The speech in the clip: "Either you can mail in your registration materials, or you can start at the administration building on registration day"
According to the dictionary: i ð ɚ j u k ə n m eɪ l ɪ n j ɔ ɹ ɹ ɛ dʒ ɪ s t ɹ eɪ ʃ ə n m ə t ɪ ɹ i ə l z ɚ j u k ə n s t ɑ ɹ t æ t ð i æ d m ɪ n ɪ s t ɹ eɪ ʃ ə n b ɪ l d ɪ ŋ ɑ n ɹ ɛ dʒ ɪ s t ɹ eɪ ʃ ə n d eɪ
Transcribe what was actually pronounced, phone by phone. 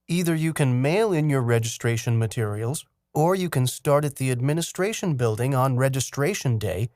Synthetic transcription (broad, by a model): i ð ɚ j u k ə n m eɪ l ɪ n j ɔ ɹ ɹ ɛ dʒ ɪ s t ɹ eɪ ʃ ə n m ə t ɪ ɹ i ə l z ɚ j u k ə n s t ɑ ɹ t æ t ð i æ d m ɪ n ɪ s t ɹ eɪ ʃ ə n b ɪ l d ɪ ŋ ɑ n ɹ ɛ dʒ ɪ s t ɹ eɪ ʃ ə n d eɪ